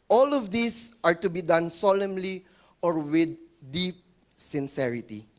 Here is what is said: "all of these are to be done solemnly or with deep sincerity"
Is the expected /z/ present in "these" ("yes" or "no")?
no